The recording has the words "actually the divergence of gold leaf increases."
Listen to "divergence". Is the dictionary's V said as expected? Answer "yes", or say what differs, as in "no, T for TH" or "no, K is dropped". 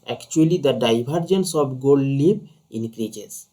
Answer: no, B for V